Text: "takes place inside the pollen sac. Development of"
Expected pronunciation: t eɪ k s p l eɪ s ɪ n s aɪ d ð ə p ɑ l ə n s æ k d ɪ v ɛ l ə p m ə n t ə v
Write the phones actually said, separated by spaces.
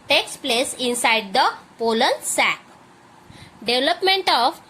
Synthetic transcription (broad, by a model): t eɪ k s p l eɪ s ɪ n s aɪ d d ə p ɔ l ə l s æ k d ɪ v l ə p m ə n t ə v